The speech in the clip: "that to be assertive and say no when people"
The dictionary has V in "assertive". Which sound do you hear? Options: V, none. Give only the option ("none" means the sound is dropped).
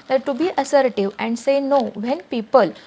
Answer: V